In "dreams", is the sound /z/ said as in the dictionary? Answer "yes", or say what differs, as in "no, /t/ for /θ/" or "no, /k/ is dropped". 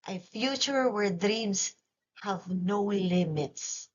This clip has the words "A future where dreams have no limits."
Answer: no, /s/ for /z/